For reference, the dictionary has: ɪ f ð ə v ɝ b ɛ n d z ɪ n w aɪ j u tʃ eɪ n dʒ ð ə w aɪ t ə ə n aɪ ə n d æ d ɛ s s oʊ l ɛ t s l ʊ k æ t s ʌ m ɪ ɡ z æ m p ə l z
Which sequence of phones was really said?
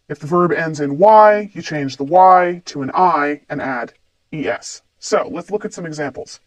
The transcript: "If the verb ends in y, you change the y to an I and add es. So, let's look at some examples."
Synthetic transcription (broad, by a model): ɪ f ð ə v ɝ b ɛ n d z ɪ n w aɪ j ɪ tʃ eɪ n dʒ ð ə w aɪ t ə ə n aɪ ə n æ d ɛ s s oʊ l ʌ t s l ʊ k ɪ t s ʌ m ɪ ɡ z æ m p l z